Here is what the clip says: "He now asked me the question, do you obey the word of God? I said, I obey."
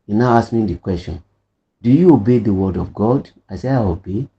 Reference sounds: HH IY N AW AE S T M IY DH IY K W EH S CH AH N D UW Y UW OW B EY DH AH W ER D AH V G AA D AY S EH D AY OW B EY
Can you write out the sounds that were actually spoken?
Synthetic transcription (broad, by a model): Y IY N AW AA S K M IY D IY K W EH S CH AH N D UW Y UW OW B EY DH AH W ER D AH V G AA D AY S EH AY OW B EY